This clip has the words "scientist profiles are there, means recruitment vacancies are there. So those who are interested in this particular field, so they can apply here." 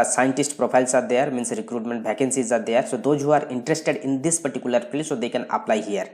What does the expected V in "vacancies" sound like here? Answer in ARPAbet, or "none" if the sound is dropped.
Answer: B